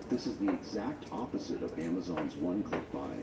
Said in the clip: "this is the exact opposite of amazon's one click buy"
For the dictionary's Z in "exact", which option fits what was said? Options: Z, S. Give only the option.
Z